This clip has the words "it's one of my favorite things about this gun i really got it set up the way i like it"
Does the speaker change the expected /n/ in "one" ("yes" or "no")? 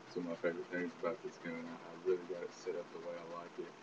yes